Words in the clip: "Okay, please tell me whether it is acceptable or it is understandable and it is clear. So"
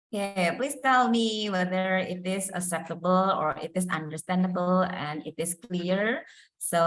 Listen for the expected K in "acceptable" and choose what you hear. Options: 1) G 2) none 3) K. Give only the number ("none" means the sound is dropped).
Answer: 2